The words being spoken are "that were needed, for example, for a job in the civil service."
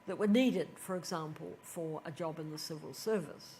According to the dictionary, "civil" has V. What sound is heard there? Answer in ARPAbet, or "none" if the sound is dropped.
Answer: V